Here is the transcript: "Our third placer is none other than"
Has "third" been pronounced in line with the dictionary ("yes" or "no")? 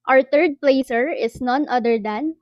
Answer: no